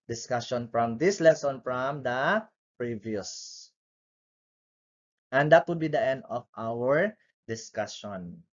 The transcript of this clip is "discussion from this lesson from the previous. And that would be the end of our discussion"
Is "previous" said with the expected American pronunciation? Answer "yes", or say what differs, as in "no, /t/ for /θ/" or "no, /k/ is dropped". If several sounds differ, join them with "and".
yes